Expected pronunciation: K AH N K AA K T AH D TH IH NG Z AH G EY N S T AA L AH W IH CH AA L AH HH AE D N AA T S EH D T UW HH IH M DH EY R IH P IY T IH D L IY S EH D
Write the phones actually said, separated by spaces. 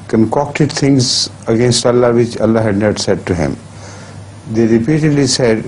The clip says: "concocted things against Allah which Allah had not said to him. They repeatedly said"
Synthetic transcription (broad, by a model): K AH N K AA K T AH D T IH NG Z AH G EY N S T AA L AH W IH CH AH L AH HH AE D N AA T S EH D T UW HH IH M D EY R IH P IY T IH D L IY S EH D